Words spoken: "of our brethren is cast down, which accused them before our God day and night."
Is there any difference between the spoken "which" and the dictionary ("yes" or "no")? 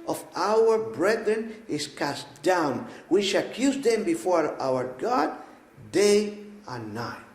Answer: yes